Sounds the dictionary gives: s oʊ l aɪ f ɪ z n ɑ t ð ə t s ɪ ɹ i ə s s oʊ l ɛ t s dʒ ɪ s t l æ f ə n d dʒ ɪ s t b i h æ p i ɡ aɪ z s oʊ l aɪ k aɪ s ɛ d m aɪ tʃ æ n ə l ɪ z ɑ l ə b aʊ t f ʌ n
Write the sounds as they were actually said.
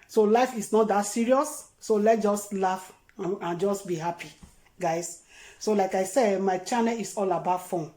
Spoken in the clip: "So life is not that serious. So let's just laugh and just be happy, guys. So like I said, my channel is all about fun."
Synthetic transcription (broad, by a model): s oʊ l aɪ f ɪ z n ɑ t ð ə t s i ɹ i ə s s oʊ l ɛ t dʒ ɪ s t l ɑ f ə n dʒ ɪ s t b i h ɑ p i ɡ aɪ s s oʊ l aɪ k aɪ s ɛ d m aɪ tʃ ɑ n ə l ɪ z ɑ l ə b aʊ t f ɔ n